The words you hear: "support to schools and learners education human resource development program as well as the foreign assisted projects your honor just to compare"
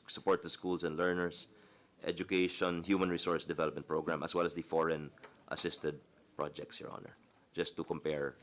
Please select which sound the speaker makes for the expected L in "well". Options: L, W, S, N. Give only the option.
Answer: L